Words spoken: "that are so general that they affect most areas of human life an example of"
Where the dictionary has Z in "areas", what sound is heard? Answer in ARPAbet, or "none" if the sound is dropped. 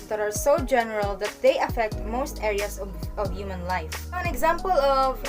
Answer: S